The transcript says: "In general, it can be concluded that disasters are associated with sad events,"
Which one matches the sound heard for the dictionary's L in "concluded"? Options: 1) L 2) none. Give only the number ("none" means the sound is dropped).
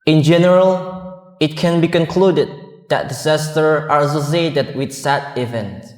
1